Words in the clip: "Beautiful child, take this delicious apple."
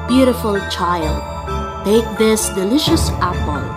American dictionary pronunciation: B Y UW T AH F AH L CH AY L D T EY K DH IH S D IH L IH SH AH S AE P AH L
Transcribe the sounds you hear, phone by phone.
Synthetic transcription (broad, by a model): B Y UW T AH F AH L CH AY L D T EY K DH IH S D IH L IH SH AH S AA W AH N